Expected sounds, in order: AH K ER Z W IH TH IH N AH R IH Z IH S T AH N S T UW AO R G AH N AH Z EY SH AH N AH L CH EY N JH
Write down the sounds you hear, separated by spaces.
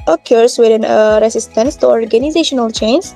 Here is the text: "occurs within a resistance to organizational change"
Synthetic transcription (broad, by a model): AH K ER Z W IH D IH N AH R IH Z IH S T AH N S T UW AO R G AH N AH Z EY SH AH N AH L CH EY N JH